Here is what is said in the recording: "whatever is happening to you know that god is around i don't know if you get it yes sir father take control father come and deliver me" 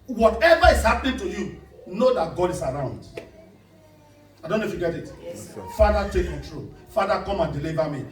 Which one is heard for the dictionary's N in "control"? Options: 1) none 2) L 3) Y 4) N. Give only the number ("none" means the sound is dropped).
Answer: 1